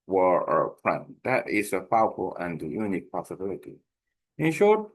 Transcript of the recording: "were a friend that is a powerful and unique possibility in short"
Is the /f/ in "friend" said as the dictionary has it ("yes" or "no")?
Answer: no